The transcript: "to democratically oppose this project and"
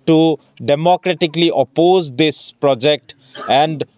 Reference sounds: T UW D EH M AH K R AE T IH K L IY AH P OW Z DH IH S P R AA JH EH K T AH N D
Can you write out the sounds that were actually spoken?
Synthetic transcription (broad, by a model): T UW D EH M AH K R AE T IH K L IY AH P OW Z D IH S P R AA JH EH K T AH N D